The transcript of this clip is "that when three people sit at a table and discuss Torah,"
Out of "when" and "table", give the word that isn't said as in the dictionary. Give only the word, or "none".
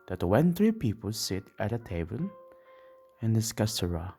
table